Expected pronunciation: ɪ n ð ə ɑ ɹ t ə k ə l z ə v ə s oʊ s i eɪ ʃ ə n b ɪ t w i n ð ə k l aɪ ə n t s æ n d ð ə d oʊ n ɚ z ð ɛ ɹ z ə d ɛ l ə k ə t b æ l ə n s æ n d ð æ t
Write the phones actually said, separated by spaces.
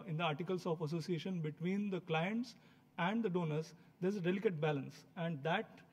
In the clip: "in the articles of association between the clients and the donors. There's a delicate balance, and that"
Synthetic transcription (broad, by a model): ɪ n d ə ɑ ɹ t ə k ə l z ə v ə s oʊ s i eɪ ʃ ə n b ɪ t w i n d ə k l aɪ ə n t s æ n d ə d oʊ n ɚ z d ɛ ɹ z ə d ɛ l ə k ə t b æ l ə n s æ n d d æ t